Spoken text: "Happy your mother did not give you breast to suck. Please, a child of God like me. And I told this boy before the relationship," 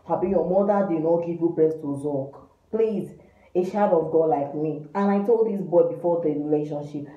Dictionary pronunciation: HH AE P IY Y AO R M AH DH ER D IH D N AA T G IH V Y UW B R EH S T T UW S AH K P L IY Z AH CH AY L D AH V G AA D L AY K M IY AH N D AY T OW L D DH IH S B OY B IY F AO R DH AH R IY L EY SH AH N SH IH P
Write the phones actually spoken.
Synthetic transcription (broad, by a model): HH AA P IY Y AO M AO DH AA D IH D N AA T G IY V Y UW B R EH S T T UW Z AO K P L IY Z AH SH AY D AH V G AA D L AY K M IY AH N AY T OW L D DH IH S B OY B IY F AO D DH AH R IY L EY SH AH N SH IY P